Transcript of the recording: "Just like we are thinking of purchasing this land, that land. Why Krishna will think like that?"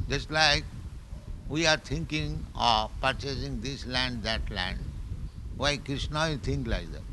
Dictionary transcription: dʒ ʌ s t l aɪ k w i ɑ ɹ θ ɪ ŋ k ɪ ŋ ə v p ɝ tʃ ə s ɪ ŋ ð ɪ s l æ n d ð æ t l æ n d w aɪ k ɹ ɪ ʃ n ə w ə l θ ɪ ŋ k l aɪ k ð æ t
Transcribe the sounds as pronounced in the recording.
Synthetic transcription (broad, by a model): dʒ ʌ s t l aɪ k w i ɑ ɹ t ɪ ŋ k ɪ ŋ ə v p ɝ tʃ ə s ɪ ŋ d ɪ s l æ n d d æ t l æ n d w aɪ k ɹ ɪ ʃ n ə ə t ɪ ŋ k l aɪ k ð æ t